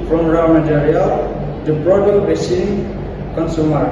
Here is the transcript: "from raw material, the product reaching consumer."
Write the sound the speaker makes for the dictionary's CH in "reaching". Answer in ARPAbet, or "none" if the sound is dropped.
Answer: S